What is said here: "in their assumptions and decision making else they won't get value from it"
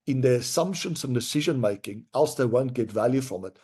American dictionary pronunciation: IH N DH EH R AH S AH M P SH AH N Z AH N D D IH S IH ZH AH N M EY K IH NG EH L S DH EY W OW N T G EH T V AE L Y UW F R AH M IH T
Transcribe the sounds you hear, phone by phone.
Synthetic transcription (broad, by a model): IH N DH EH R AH S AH M P SH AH N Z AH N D D IH S IH ZH AH N M EY K IH NG EH L S DH EY W OW N T G EH T V AE L Y UW F R AH M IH T